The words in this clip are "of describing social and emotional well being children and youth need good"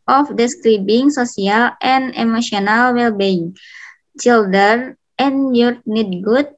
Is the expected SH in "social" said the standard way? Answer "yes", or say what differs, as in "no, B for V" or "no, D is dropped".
no, S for SH